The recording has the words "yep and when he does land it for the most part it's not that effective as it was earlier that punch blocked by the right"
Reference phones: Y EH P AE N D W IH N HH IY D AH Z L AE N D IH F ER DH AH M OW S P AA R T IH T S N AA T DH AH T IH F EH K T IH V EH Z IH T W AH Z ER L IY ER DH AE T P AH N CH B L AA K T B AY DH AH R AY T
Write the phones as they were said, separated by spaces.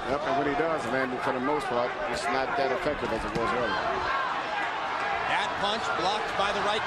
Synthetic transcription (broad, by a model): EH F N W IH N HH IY D AH Z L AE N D IH F ER DH AH M OW S P AA R T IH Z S N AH T DH AH T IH F EH K T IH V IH Z IH T W AH Z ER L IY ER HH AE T P AH N CH B L AA K T B AY DH AH R AY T